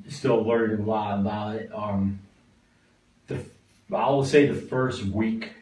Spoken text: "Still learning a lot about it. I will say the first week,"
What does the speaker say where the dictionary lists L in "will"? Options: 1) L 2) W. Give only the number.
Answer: 2